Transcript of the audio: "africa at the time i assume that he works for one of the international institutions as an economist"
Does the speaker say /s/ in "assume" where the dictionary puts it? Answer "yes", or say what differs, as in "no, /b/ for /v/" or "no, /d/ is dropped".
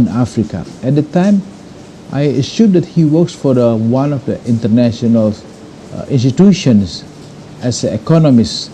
no, /ʃ/ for /s/